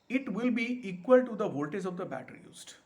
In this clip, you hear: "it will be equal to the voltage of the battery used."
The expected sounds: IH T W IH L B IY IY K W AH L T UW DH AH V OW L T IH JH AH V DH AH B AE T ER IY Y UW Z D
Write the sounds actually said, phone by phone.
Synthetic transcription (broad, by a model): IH T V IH L B IY IY K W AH L T UW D AH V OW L T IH Z AH V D AH B AE T ER IY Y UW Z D